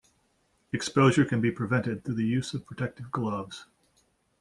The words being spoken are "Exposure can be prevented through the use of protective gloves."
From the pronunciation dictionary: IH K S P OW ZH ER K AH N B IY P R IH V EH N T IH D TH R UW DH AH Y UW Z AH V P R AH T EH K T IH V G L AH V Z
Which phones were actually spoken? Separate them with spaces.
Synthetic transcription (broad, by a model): IH K S P OW ZH ER K AH N B IY P R IH V EH N T IH D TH UW DH AH Y UW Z AH V P R AH T EH K T IH V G L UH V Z